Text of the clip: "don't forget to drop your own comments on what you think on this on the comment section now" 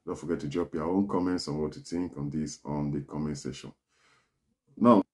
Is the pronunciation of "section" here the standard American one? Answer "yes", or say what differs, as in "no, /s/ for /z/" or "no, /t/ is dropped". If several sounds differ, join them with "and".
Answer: no, /k/ is dropped